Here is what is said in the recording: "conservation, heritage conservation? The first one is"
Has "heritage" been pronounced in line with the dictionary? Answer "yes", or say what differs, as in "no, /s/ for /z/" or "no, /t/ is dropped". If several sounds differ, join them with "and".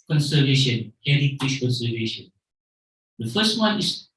no, /ʃ/ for /dʒ/